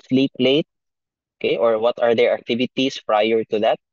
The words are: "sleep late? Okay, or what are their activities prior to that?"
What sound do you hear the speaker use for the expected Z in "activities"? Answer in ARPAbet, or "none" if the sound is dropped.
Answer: S